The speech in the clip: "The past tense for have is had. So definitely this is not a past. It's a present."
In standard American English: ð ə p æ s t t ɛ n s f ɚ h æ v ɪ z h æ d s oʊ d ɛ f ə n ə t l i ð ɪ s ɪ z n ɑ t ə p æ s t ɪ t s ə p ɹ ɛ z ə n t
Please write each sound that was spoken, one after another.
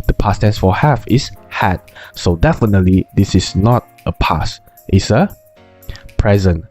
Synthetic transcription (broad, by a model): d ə p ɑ s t t ɛ n s f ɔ h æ f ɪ s h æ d s oʊ d ɛ f ə n ə t l i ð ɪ s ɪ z n ɑ t ə p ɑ s t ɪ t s ə p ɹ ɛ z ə n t